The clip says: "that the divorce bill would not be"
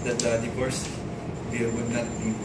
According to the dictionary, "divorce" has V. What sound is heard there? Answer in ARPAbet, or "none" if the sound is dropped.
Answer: P